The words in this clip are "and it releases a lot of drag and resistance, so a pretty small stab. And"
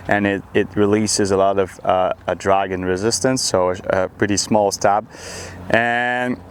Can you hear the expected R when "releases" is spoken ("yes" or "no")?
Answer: yes